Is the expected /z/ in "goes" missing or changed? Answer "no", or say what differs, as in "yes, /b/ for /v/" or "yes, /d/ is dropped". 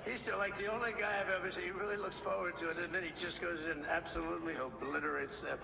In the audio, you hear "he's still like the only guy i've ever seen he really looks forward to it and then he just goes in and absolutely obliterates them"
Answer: yes, /z/ is dropped